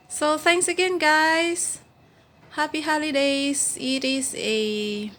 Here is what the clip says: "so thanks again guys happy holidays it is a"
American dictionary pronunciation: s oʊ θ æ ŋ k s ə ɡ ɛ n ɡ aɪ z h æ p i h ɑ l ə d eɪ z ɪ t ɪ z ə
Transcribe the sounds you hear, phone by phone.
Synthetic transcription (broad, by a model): s oʊ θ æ ŋ k s ə ɡ ɛ n ɡ aɪ s h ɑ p i h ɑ l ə d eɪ s ɪ t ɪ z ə